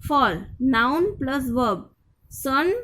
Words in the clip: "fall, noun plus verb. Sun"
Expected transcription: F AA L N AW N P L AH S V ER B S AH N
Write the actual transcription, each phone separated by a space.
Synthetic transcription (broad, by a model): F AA L N AW N P L AH S V ER B S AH N